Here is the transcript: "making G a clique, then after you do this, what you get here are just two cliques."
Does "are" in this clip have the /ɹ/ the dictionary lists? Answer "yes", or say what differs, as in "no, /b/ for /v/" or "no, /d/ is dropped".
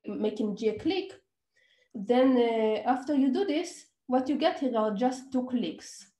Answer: no, /l/ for /ɹ/